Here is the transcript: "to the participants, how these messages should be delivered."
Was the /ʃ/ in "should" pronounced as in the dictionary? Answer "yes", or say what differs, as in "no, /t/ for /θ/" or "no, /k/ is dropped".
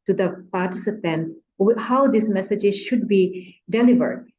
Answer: yes